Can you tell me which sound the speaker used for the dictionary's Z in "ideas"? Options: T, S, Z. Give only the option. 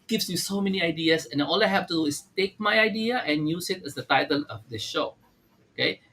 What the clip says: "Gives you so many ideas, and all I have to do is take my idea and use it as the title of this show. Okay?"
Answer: S